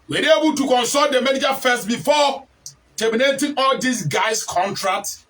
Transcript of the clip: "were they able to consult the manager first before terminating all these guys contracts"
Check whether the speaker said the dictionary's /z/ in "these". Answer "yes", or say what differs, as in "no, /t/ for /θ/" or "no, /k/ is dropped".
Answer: no, /s/ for /z/